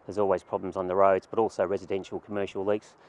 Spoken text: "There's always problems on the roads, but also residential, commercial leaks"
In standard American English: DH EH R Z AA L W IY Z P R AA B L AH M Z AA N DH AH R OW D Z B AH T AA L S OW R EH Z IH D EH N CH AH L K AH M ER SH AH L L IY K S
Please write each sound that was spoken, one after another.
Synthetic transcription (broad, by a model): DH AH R Z AA L W IY Z P R AA B L AH M Z N DH AH R OW D Z B AH T AA L S OW R EH Z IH D EH N SH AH L K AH M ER SH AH L L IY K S